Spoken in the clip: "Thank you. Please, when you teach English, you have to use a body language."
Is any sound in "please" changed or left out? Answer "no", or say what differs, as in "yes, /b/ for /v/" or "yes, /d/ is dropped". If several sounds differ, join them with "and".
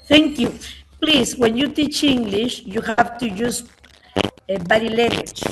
yes, /s/ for /z/